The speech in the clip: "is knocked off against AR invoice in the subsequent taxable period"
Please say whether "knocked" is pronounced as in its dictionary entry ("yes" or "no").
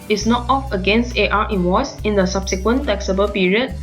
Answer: no